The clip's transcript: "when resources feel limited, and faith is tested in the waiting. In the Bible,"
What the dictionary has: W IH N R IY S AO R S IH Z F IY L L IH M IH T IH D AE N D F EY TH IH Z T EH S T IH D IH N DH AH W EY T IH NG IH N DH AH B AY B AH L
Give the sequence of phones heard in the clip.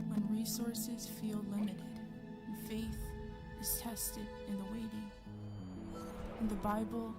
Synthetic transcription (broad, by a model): W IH N R IY S AO R S IH Z F IY L L IH M IH T IH D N F EY TH IH Z T EH S T IH D IH N DH AH W EY T IH NG IH N DH AH B AY B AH L